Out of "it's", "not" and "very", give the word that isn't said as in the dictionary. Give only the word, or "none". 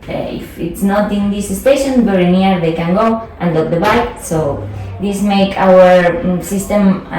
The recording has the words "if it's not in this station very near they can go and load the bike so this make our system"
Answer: very